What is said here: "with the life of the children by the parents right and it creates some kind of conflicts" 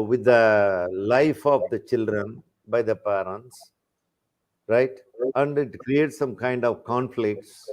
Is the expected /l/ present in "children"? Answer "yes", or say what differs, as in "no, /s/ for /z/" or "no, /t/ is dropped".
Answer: yes